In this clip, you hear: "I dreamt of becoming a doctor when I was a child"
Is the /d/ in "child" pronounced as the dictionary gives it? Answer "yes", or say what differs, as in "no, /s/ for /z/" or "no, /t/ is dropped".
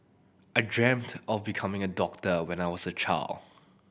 no, /d/ is dropped